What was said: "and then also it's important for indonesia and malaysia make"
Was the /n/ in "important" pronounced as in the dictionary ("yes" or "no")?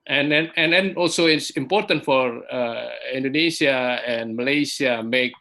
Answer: yes